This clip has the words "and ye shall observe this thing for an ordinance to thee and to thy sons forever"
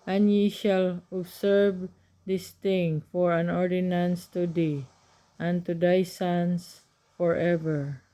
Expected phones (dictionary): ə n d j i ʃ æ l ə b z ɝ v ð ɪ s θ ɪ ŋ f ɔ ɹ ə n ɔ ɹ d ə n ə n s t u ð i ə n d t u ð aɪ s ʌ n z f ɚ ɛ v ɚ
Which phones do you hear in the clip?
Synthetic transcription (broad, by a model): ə n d j i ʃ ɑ l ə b s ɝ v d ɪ s t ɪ ŋ f ɔ ɹ ə n ɔ ɹ d ə n ə n s t u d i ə n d t u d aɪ s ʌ n s f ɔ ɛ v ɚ